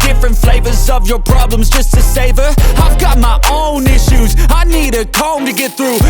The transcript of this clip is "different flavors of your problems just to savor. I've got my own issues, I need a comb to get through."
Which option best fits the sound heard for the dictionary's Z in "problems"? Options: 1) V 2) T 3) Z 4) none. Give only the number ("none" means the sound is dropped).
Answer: 3